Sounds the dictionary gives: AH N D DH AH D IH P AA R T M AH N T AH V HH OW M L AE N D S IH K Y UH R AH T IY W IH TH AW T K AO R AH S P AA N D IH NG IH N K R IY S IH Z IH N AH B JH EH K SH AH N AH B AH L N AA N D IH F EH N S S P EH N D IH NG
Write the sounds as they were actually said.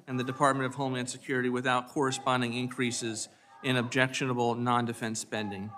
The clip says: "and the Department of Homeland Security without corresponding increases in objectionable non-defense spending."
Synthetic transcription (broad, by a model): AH N DH AH D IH P AA R T M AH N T AH V HH OW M IH N S IH K Y UH R AH T IY W IH TH AW T K AO R AH S P AA N D IH NG IH N K R IY S IH Z IH N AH B JH EH K SH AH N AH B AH L N AA N D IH F EH N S S P EH N D IH NG